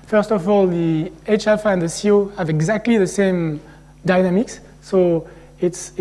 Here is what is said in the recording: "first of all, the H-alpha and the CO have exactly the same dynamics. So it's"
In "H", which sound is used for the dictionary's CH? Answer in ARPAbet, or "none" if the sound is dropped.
CH